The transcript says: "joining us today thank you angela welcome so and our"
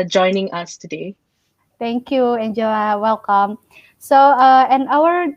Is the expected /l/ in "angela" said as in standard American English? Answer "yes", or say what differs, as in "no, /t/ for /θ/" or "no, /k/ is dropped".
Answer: no, /l/ is dropped